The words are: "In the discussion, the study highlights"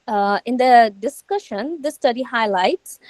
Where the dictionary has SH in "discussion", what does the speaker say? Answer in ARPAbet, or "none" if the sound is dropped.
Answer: SH